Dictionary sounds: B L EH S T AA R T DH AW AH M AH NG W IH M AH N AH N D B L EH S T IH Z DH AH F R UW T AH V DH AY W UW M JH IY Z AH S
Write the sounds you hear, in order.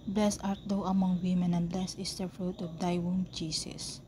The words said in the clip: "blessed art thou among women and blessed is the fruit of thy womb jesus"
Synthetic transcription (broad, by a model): B L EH S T AA R T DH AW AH M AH NG W IH M AH N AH N B L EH S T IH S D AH F R UW T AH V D AY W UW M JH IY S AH S